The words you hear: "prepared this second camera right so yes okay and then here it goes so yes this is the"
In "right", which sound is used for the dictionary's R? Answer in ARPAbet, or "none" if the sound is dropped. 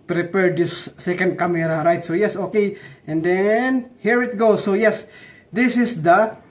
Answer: R